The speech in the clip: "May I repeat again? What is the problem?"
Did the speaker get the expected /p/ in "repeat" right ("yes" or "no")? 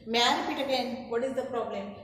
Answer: no